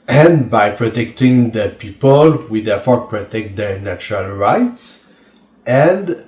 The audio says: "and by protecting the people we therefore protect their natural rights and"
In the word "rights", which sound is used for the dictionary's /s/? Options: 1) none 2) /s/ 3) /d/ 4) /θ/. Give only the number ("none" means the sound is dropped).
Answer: 2